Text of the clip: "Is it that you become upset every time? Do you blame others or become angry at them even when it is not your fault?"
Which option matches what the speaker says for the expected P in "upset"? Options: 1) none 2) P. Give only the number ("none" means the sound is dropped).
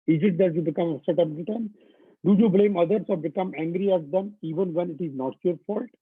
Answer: 1